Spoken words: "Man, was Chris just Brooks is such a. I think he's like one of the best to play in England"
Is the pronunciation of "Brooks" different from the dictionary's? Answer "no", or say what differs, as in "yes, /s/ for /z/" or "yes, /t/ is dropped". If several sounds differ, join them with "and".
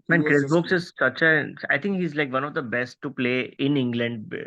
yes, /ɹ/ is dropped